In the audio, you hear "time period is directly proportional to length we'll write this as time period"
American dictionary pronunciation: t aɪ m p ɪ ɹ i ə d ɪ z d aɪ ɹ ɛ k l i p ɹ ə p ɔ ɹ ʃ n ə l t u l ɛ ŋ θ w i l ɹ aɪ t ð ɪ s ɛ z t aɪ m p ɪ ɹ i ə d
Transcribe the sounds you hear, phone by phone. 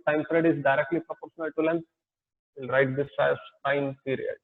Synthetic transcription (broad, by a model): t aɪ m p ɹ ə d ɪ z d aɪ ɹ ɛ k l i p ɹ ə p ɔ ɹ ʃ n ə l t u l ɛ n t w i l ɹ aɪ t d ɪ s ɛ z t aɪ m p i ɹ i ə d